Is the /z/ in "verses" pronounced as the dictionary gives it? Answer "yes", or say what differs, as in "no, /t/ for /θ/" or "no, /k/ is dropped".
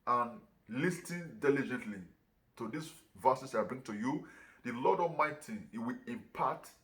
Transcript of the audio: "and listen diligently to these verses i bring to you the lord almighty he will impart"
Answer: no, /s/ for /z/